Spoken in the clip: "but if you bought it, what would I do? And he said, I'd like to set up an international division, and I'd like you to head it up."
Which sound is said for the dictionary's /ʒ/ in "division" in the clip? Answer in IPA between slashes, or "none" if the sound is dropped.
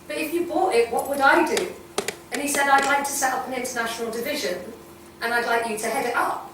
/ʒ/